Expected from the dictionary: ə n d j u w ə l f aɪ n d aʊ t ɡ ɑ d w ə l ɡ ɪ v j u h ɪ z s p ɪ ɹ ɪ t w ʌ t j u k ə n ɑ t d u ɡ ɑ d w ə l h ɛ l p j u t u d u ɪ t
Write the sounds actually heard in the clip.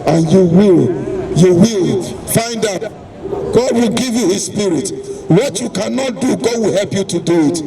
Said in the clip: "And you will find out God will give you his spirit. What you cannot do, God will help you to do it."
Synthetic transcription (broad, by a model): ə n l j u w ə l f aɪ n d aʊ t ɡ ɑ d w ə l ɡ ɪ v j u h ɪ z s p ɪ ɹ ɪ t w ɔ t j u k ə n ɑ t d u ɡ ɑ d w ə l h ɛ l p j u t u d u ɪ t